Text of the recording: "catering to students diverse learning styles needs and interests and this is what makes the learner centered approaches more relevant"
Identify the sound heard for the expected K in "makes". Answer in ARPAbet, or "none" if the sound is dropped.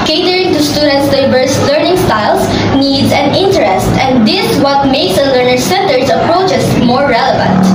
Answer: none